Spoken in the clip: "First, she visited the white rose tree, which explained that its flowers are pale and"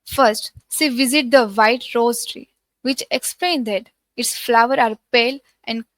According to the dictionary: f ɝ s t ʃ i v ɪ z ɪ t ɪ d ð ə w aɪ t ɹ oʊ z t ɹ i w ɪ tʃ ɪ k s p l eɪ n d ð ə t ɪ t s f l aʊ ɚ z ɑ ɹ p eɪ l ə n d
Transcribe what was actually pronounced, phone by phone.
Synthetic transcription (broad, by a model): f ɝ s t s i v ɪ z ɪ t d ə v aɪ t ɹ oʊ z t ɹ i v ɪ tʃ ɪ k s p l eɪ n d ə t ɪ t s f l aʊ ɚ ɑ ɹ p eɪ l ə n d